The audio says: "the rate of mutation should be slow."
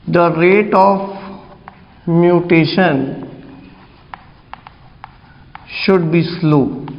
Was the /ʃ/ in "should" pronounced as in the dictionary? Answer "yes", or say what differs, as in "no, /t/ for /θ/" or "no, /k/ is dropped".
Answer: yes